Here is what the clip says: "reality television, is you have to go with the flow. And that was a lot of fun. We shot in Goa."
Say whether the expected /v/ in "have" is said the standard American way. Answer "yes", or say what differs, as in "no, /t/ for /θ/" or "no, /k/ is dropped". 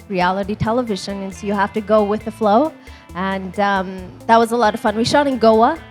no, /f/ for /v/